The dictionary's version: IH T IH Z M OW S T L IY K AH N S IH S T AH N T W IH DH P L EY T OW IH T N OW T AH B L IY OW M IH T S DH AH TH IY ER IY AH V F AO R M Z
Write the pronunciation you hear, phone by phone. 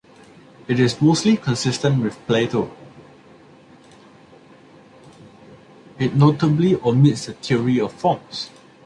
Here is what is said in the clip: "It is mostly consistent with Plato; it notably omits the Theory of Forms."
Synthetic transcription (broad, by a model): IH T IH S M OW S T L IY K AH N S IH S T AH N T W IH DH P L EY T OW IH T N OW T AH B L IY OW M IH T S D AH T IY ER IY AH F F AO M S